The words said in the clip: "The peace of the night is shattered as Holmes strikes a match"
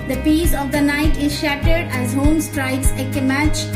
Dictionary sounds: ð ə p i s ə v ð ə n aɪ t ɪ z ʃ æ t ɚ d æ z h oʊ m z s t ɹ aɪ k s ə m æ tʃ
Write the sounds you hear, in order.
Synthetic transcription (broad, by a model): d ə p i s ə v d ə n aɪ t ɪ z ʃ æ t ɚ d æ z h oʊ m s t ɹ aɪ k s ə m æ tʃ